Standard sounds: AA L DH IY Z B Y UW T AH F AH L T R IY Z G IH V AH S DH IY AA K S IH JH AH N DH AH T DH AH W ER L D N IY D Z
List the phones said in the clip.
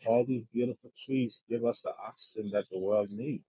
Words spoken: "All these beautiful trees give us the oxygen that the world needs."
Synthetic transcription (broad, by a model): AA L DH IY Z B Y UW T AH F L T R IY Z G IH V AH S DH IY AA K S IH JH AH N DH AH T DH AH W ER L D N IY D